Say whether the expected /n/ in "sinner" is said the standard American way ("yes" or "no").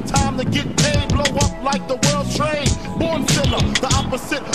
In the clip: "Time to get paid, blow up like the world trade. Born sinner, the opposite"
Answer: no